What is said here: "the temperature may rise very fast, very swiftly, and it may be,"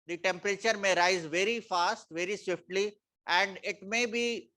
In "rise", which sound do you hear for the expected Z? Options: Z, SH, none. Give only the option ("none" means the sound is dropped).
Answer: Z